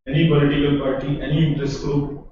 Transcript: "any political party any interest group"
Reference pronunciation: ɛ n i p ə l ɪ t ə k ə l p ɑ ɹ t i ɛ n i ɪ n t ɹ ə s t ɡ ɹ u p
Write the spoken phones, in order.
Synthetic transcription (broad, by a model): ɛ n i b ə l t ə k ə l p ɑ ɹ t i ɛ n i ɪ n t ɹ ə s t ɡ ɹ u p